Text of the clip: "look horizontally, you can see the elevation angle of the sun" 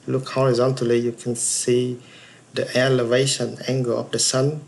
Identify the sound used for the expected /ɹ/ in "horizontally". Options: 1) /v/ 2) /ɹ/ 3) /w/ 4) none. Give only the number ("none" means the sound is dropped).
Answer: 2